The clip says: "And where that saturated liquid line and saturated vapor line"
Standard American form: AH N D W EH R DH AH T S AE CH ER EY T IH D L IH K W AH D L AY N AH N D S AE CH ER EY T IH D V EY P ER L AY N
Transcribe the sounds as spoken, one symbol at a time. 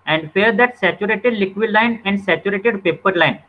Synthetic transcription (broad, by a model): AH N D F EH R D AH T S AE CH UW EY T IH D L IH K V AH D L AY N AH N D S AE CH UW EY T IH D P EY P ER L AY N